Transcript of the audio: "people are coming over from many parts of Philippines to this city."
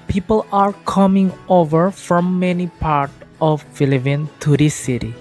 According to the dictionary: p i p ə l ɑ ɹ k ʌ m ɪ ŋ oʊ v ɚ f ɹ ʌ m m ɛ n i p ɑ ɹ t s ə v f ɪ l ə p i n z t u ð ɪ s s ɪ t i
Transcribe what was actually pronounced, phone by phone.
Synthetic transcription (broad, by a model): p i p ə l ɑ ɹ k ʌ m ɪ ŋ oʊ v ɚ f ɹ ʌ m m ɛ n i p ɑ ɹ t ə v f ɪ l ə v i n t u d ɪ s s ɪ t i